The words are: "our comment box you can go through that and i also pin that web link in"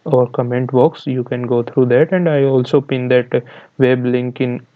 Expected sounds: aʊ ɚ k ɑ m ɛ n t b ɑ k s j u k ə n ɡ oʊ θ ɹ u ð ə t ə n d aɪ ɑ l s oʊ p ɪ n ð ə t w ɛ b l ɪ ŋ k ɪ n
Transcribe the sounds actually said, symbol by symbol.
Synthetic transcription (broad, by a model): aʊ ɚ k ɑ m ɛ n t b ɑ k s j u k ə n ɡ oʊ t ɹ u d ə t ə n d aɪ ɑ l s oʊ p ɪ n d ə t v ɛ b l ɪ ŋ k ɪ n